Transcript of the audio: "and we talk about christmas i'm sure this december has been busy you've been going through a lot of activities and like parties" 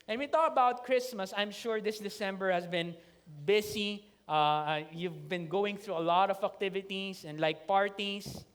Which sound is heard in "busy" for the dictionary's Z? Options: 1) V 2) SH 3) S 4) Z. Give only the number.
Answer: 3